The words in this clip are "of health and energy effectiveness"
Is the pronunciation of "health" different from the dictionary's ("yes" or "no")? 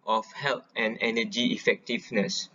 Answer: yes